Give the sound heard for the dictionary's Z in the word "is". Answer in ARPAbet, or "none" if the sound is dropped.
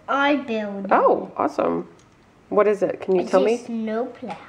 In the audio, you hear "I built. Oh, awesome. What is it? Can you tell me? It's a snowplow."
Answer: Z